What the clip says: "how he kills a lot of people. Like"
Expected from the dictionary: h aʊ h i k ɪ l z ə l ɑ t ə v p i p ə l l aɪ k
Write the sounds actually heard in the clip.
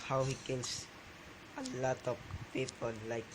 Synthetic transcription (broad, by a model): h aʊ h i k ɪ l s ə l ɑ t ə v p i p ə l l aɪ k